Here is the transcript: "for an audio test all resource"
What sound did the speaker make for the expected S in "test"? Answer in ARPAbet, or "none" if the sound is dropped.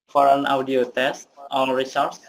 S